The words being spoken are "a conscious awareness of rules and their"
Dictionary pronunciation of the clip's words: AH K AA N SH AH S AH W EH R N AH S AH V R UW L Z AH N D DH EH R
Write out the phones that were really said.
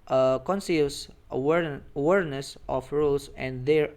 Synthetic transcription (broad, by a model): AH K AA N S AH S AH W EH R N AH S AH F R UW L S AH N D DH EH R